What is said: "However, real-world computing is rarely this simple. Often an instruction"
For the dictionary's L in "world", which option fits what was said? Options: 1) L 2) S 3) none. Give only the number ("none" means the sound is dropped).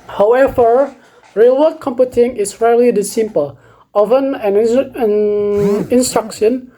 3